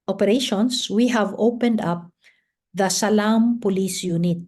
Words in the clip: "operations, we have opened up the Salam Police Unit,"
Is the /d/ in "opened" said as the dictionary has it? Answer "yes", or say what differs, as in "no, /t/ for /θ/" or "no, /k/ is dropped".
yes